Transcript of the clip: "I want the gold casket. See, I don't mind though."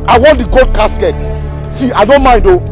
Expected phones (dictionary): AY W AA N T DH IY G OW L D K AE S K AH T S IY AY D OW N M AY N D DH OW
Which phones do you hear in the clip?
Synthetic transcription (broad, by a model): AY W AA N T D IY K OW D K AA S K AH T S IY AY D OW N M AY N D OW